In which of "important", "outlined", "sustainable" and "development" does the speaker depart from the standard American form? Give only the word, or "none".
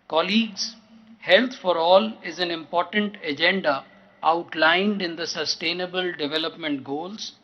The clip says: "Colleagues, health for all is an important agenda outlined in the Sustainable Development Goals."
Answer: none